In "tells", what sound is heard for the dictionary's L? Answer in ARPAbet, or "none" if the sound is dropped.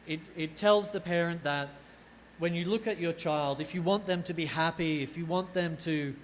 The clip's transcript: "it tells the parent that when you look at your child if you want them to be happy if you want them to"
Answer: L